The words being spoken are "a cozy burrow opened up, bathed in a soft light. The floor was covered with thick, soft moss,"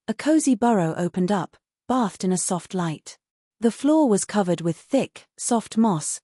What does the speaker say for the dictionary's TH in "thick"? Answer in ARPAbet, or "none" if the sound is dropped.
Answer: TH